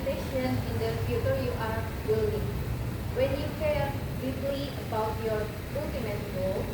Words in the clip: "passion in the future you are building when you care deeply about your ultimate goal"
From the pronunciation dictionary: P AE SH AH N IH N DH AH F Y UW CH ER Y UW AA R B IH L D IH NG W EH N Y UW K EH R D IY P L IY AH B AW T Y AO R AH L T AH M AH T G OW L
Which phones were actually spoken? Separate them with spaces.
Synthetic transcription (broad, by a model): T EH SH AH N IH N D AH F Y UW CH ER Y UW AA R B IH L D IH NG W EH N Y UW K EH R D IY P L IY AH B AW T Y AO R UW T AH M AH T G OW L